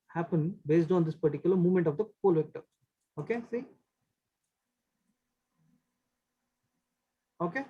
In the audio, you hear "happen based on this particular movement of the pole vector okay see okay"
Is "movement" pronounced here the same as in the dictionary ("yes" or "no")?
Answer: yes